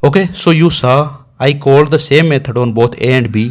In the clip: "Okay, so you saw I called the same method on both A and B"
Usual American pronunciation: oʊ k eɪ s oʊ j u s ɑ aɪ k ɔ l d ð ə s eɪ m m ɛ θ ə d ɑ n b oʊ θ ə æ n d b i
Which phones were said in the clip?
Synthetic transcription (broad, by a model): oʊ k eɪ s oʊ j u s ɑ aɪ k ɔ l d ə s eɪ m m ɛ t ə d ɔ n b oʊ t ə n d b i